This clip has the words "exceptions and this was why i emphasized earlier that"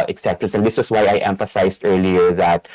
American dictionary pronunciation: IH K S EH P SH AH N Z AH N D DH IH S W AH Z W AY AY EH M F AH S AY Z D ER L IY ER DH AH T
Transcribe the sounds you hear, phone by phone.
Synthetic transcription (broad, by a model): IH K S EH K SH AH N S AH N D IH S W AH S W AY AY EH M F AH S AY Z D ER L IY ER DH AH T